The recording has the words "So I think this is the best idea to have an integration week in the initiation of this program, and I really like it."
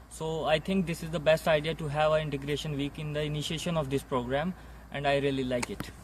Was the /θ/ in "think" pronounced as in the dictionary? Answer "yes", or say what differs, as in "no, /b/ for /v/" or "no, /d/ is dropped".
no, /t/ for /θ/